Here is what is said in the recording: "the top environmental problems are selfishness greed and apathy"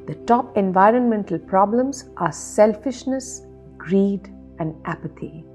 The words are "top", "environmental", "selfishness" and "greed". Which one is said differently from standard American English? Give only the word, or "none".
none